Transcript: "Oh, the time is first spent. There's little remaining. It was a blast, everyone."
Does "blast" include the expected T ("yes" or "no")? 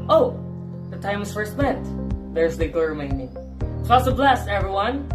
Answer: no